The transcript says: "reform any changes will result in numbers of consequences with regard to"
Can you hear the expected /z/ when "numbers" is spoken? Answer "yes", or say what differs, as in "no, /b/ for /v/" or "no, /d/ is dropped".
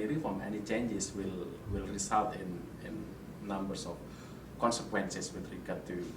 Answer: no, /s/ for /z/